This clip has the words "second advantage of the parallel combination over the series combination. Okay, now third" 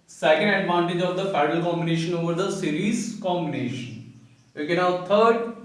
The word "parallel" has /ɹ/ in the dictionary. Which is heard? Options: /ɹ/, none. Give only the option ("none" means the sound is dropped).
none